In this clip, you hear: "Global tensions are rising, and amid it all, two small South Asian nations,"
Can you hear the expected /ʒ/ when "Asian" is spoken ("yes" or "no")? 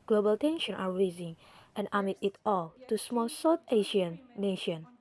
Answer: no